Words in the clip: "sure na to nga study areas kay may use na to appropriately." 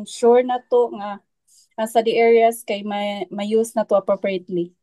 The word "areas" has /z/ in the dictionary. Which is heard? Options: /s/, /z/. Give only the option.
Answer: /s/